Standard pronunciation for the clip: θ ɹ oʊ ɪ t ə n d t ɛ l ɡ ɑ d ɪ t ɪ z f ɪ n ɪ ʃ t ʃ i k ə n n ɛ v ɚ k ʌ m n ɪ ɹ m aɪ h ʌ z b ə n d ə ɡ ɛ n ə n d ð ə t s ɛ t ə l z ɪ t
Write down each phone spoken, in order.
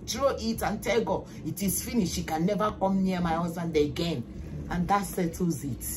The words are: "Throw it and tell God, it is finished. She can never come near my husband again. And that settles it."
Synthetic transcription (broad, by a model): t ɹ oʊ ɪ t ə n t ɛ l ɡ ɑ ɪ t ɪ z f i n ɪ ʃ ʃ i k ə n n ɛ v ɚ k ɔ m n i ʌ m aɪ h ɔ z ə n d ə ɡ ɛ n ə n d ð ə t s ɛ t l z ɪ t